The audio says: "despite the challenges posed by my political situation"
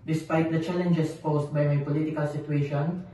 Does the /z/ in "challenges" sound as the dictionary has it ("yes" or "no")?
no